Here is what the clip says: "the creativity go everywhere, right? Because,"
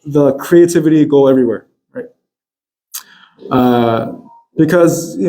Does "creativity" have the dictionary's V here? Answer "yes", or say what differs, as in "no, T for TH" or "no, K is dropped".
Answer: yes